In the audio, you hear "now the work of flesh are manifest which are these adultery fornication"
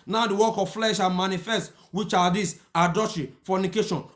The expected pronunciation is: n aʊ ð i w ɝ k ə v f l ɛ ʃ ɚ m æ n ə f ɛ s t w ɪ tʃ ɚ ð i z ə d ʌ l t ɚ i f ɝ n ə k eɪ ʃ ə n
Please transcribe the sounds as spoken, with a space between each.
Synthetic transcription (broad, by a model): n aʊ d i w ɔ k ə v f l ɛ ʃ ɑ m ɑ n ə f ɛ s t w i tʃ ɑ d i s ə d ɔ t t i f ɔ n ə k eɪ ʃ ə n